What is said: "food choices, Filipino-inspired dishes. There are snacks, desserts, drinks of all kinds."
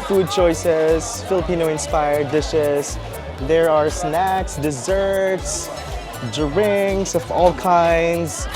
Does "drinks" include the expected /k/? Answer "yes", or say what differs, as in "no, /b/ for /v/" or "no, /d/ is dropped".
no, /k/ is dropped